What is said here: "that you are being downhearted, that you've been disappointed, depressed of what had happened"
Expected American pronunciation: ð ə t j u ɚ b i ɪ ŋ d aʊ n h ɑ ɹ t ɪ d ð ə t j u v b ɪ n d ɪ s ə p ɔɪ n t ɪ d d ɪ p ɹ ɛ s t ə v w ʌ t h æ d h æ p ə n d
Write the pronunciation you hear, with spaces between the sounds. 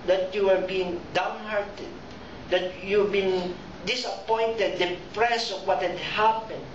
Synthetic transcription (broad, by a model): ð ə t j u ɚ b i ɪ ŋ d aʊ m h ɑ ɹ t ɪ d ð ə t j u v b ɪ n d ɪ s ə p ɔɪ n t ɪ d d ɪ p ɹ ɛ s ə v w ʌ t h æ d h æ p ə n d